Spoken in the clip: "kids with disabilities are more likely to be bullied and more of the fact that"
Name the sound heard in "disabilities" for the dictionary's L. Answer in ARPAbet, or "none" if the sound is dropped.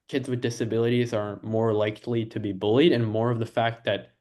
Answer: L